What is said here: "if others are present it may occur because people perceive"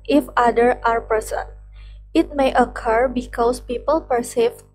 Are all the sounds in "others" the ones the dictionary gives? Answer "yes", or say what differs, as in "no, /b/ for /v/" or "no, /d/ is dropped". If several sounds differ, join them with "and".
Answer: no, /z/ is dropped